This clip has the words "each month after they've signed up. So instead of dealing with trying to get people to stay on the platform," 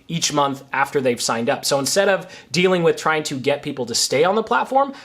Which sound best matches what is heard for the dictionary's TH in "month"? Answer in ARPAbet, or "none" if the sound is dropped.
TH